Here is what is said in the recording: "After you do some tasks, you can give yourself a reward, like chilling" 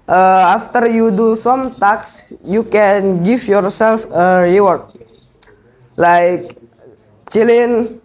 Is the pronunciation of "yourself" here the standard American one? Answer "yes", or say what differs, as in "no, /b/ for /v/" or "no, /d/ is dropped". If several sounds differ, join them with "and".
yes